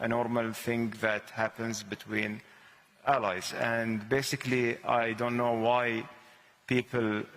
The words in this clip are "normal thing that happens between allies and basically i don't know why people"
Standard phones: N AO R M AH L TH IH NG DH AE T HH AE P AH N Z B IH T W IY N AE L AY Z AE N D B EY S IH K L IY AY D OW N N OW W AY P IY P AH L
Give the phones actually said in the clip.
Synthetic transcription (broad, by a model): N AO R M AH L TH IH NG DH AE T HH AE P AH N Z B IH T W IY N AE L AY Z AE N D B EY S IH K L IY AY D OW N N OW W AY P IY P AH L